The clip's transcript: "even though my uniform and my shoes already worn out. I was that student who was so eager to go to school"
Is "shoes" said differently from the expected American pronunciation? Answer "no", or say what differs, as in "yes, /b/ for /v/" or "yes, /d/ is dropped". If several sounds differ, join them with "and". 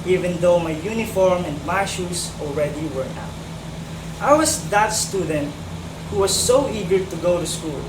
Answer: yes, /s/ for /z/